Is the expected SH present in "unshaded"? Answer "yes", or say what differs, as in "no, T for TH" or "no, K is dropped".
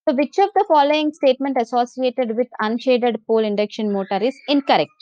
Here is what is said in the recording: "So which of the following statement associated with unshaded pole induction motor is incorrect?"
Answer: yes